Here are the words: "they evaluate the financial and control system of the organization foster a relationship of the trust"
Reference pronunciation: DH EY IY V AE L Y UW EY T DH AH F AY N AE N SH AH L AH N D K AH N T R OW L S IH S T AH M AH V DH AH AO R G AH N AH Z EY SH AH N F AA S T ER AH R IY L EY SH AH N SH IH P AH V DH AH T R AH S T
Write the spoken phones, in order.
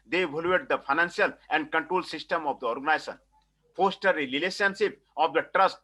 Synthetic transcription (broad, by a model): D EY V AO L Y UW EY T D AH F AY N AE N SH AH L AH N D K AH N T R OW L S IH S T AH M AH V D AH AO R G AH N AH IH S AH N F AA S T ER AH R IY L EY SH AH N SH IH P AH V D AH T R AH S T